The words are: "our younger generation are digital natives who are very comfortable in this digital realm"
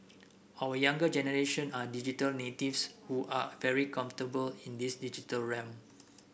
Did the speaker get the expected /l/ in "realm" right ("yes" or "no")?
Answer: no